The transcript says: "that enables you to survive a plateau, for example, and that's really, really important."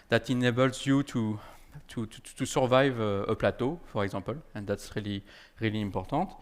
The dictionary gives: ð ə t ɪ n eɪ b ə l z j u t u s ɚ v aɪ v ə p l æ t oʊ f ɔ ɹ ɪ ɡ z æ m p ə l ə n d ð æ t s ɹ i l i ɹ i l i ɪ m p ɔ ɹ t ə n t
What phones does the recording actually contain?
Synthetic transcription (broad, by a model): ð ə t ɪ n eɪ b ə l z j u t u s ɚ v aɪ v ə p l æ t oʊ f ɔ ɹ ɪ ɡ z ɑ p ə l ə n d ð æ t s ɹ i l i ɹ i l i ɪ m p ɔ ɹ t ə t